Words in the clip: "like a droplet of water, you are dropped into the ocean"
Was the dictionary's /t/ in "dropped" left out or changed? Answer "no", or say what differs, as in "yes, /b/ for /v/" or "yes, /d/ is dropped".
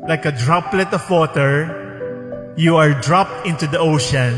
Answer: no